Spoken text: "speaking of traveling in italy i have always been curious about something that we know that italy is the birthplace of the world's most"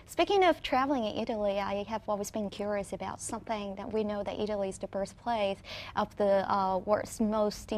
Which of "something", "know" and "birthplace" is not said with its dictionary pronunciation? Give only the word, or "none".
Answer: birthplace